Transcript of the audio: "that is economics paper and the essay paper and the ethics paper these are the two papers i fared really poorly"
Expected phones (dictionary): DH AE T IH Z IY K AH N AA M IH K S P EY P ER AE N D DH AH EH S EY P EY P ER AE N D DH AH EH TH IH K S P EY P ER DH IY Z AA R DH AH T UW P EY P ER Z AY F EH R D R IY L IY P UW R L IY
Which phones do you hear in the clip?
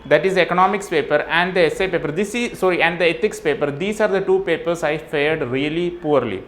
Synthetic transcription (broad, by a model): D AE T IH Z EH K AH N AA M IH K S P EY P ER AE N D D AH EH S EY P EY P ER AE N D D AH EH T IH K S P EY P ER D IY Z AA R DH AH T UW P EY P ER S AY F EH R D R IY L IY P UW R L IY